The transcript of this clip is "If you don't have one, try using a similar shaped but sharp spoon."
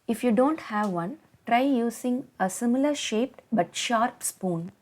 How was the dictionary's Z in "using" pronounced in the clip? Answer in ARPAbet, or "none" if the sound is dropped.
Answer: S